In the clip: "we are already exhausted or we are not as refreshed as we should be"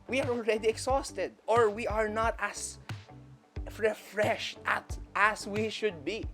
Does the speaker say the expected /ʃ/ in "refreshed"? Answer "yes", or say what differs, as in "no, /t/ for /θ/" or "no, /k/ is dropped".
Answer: yes